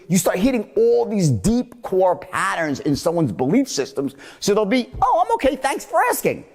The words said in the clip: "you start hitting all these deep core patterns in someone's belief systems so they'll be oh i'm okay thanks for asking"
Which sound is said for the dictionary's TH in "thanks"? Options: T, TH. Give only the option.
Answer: TH